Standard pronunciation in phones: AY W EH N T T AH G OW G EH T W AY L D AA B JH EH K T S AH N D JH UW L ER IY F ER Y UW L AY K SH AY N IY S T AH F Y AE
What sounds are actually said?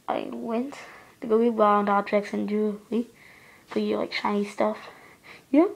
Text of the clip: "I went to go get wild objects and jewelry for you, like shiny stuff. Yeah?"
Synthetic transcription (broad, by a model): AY W EH N T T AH G OW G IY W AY N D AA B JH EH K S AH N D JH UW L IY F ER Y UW L AY K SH AY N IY S T AH F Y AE